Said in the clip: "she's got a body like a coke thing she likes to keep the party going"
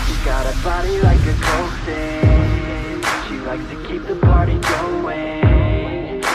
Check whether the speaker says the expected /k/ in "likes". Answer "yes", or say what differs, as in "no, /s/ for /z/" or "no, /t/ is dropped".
yes